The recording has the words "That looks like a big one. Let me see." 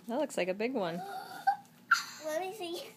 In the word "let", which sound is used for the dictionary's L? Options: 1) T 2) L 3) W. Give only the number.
3